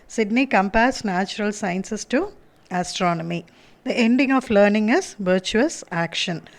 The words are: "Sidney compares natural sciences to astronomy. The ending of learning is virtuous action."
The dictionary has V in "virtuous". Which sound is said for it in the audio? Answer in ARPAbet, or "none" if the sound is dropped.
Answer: V